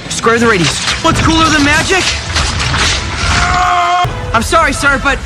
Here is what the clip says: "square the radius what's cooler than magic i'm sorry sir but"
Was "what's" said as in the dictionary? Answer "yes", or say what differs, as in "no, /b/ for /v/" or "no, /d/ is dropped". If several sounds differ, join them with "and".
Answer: yes